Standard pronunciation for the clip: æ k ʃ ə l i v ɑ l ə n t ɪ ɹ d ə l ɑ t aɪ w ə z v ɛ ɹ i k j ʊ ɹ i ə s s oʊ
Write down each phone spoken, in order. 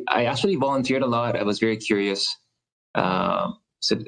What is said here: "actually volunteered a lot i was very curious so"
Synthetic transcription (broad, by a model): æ k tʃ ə l i v ɑ l ə n t ɪ ɹ d ə l ɑ t aɪ w ə z v ɛ ɹ i k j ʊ ɹ i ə s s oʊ